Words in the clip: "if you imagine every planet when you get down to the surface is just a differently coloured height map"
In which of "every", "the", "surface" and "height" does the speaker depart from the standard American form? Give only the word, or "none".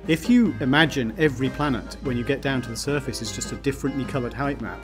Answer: none